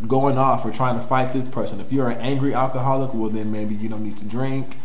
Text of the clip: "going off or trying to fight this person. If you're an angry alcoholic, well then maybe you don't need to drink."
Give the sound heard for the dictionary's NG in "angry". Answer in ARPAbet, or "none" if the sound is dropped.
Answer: NG